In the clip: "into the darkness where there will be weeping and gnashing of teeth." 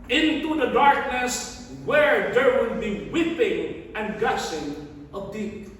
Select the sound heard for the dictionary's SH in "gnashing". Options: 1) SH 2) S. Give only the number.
2